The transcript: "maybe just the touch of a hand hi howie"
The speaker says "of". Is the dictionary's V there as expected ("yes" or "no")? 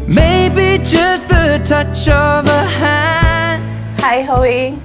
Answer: yes